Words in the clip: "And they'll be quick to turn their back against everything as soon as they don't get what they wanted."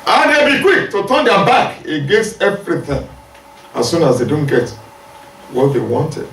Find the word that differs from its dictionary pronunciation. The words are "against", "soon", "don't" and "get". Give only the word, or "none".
against